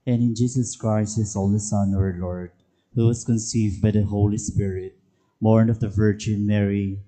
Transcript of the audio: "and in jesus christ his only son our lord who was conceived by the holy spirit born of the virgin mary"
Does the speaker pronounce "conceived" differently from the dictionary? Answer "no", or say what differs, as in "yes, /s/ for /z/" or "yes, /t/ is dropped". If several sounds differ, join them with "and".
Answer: no